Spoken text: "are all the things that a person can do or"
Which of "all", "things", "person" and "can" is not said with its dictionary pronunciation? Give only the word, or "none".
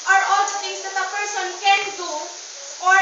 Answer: things